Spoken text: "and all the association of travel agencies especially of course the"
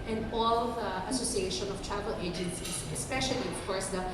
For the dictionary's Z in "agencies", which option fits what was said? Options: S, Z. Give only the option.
S